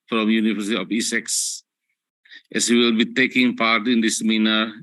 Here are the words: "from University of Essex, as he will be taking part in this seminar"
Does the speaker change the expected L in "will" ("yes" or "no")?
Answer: no